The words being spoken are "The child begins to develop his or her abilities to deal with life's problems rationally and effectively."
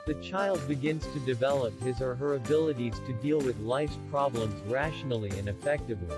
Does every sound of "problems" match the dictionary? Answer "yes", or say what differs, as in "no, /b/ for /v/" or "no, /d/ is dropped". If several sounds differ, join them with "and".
yes